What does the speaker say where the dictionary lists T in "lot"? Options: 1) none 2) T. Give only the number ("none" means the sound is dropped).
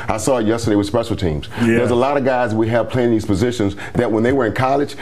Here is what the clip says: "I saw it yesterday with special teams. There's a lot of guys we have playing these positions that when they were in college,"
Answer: 2